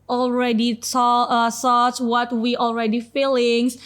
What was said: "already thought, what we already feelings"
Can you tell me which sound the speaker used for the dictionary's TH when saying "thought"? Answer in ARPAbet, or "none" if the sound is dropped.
S